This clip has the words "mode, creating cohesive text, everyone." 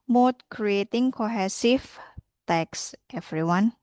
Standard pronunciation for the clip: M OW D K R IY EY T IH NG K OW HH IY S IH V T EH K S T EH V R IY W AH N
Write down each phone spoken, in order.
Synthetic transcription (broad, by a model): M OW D K R IY EY T IH NG K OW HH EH S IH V T EH K S T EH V R IY W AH N